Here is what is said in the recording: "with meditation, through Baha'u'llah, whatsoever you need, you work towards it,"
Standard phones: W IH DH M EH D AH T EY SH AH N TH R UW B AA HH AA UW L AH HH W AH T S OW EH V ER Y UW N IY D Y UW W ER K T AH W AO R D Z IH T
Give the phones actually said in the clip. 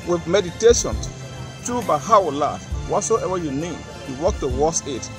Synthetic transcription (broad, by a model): W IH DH M EH D AH T EY SH AH N T R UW B AA HH AA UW L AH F W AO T S OW EH V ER Y UW N IY D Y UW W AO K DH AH W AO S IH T